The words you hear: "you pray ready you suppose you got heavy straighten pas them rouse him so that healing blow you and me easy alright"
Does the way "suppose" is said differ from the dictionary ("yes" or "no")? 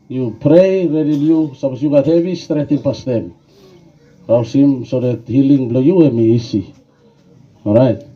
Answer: yes